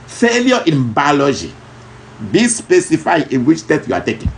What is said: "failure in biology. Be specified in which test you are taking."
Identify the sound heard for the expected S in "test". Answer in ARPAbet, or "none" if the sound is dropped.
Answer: none